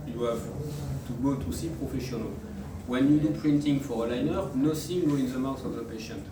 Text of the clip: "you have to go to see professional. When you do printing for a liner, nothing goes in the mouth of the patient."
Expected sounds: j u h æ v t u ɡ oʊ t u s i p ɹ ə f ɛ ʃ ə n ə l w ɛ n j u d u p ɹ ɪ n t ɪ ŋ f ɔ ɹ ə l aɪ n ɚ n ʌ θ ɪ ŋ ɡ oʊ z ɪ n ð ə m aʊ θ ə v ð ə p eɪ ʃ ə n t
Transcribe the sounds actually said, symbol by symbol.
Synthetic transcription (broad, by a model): j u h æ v t u ɡ oʊ t u s i p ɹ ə f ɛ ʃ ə n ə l w ɛ n j u d u p ɹ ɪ n t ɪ ŋ f ɔ ɹ ə l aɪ n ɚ n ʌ s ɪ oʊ ɪ n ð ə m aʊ s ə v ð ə p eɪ ʃ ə n t